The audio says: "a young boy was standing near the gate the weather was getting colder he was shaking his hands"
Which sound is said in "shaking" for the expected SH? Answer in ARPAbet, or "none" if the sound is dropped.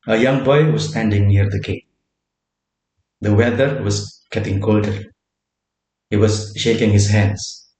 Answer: SH